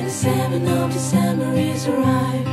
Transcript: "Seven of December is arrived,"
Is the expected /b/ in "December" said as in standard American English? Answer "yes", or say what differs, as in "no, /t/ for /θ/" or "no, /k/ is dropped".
no, /b/ is dropped